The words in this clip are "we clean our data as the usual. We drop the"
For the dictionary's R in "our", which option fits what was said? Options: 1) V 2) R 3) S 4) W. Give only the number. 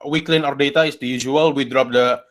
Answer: 2